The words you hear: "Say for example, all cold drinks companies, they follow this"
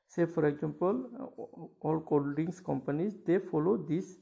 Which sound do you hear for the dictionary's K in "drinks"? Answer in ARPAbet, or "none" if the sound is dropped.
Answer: none